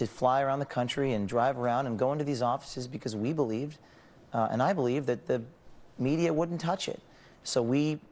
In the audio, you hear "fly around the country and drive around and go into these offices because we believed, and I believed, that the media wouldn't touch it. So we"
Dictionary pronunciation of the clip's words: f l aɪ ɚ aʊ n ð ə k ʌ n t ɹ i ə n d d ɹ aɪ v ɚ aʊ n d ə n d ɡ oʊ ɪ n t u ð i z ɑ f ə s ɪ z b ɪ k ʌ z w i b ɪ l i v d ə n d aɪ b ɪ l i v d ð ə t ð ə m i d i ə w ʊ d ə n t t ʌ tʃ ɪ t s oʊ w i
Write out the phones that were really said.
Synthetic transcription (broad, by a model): f l aɪ ɚ aʊ n ð ə k ʌ n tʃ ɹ i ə n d d ɹ aɪ v ɚ aʊ n d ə n ɡ oʊ ɪ n t u ð i z ɑ f ə s ɪ z b ɪ k ʌ z w i b ɪ l i v d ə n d aɪ b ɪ l i v ð ə t ð ə m i d i ə w ʊ d n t t ʌ tʃ ɪ t s oʊ w i